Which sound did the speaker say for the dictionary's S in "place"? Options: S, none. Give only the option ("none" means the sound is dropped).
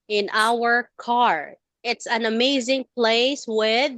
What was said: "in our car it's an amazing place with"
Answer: S